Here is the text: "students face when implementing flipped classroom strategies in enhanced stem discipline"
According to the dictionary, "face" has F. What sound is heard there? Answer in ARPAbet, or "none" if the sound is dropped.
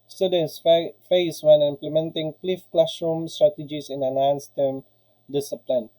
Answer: F